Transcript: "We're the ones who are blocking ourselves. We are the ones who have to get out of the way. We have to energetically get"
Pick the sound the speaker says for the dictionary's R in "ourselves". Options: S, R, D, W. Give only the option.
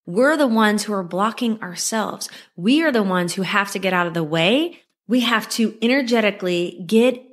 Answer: R